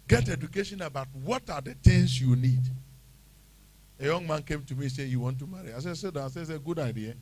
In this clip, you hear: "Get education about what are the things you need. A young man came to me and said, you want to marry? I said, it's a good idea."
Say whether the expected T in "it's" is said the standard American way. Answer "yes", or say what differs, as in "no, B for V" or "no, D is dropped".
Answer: no, S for T